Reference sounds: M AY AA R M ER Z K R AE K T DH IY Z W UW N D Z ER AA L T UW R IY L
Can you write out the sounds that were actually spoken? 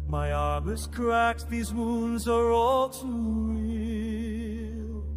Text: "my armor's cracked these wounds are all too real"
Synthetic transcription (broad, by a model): M AY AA R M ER S K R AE K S DH IY Z W UW N D Z ER AA L T UW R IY L